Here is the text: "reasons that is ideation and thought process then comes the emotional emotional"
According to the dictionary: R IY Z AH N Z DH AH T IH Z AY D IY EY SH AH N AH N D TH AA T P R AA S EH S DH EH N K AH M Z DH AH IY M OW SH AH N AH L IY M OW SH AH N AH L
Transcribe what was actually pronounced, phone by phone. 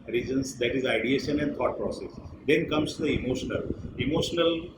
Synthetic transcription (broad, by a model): R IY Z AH N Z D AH T IH Z AY D IY EY SH AH N AH N D T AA T P R AA S EH S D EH N K AH M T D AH IY M OW SH AH N AH L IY M OW SH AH N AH L